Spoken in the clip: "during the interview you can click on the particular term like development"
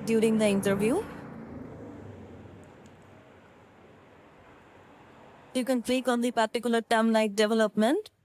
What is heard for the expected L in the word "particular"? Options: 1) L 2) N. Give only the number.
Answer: 1